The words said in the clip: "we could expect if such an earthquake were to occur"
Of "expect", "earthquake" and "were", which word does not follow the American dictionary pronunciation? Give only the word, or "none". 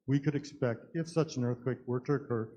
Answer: none